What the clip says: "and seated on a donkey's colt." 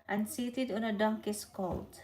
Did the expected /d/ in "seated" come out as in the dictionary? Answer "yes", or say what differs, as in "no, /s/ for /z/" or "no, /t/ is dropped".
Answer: yes